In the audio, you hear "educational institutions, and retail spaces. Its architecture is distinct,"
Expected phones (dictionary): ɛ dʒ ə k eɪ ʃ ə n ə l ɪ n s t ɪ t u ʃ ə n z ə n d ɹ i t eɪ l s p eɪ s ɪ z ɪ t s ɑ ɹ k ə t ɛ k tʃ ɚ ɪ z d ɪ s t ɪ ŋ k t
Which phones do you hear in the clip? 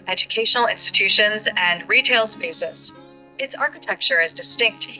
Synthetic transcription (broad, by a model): ɛ dʒ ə k eɪ ʃ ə n l ɪ n s t ɪ t u ʃ ə n z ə n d ɹ i t eɪ l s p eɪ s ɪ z ɪ t s ɑ ɹ k ə t ɛ k tʃ ɚ ɪ z d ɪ s t ɪ ŋ k t